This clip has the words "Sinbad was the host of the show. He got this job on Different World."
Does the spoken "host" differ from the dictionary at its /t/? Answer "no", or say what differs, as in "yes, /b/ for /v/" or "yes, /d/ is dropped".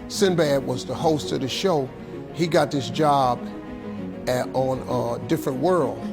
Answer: no